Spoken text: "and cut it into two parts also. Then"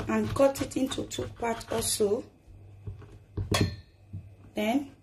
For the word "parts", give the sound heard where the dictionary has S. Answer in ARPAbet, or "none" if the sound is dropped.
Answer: none